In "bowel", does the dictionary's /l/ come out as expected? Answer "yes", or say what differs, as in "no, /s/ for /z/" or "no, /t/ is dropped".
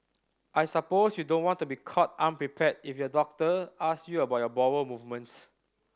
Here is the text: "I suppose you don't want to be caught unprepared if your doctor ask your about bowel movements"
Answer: no, /w/ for /l/